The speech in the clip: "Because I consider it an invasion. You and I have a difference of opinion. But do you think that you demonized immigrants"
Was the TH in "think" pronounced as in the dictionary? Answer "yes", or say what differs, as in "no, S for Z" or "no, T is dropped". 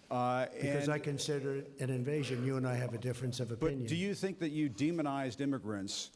yes